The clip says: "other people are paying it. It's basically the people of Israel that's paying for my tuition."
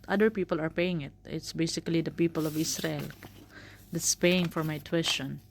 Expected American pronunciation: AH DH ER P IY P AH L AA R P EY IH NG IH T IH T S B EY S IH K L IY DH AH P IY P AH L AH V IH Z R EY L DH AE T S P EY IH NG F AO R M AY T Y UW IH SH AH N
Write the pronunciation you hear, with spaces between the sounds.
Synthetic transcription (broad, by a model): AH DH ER P IY P AH L AA R P EY IH NG IH T IH T S B EY S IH K L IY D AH P IY P AH L AH V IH S R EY L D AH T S P EY IH NG F AO R M AY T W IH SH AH N